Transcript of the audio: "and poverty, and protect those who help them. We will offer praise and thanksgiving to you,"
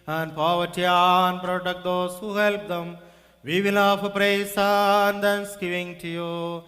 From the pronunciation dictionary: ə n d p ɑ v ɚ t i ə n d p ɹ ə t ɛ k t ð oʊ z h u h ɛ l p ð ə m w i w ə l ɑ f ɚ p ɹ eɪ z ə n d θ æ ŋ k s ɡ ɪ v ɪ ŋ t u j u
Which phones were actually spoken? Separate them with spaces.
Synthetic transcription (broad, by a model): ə n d p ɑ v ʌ t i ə n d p ɹ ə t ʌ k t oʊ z h u h ɛ l p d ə m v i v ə n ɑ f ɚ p ɹ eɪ s ə n d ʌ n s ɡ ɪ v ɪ ŋ t u j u